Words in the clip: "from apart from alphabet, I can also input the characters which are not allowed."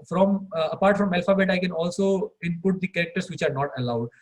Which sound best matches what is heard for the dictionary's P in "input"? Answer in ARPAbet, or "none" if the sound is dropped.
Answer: P